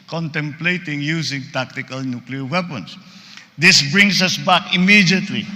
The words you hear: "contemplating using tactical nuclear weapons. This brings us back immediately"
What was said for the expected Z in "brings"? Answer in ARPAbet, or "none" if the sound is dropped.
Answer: S